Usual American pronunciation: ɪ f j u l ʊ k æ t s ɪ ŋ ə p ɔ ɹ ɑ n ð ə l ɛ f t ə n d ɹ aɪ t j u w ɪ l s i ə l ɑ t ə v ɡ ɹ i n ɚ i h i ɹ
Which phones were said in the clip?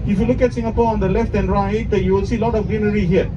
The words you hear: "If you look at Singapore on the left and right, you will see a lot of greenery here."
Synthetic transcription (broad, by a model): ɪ f j u l ʊ k æ t s ɪ ŋ ə p ɔ ɹ ɑ n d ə l ɛ f t ə n d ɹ aɪ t j u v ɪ l s i l ɑ t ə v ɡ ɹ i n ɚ i h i ɹ